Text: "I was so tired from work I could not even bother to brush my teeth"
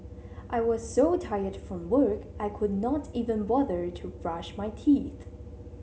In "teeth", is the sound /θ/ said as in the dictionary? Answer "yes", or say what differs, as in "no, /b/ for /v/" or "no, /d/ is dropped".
yes